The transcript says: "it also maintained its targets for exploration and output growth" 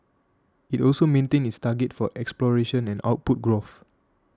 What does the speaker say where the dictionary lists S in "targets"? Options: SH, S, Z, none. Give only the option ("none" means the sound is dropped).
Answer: none